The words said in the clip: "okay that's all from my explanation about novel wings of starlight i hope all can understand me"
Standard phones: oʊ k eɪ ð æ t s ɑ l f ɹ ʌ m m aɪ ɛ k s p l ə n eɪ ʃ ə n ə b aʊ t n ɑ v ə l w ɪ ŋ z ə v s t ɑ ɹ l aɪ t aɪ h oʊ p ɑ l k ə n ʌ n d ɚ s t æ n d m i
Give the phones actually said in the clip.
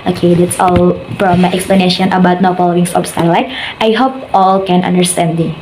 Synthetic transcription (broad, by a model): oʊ k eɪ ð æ t s ɑ l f ɹ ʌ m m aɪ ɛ k s p l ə n eɪ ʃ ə n ə b aʊ t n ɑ f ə l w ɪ ŋ s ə p s t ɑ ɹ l aɪ t aɪ h oʊ p ɑ l k ə n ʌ n d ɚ s t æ n d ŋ